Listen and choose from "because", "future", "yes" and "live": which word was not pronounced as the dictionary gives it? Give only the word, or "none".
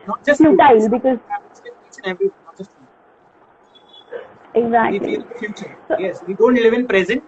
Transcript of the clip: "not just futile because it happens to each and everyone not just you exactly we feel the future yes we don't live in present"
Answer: future